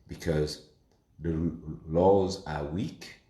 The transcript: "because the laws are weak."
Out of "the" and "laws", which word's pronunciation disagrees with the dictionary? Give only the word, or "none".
none